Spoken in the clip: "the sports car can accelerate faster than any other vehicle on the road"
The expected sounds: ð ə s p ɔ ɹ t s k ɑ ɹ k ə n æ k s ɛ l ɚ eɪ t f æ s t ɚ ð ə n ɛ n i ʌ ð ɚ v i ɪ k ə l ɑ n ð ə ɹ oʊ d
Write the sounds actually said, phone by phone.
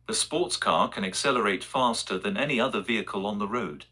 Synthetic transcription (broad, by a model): ð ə s p ɔ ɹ t s k ɑ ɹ k ə n æ k s ɛ l ɚ eɪ t f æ s t ɚ ð ə n ɛ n i ʌ ð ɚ v i ɪ k ə l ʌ n ð ə ɹ oʊ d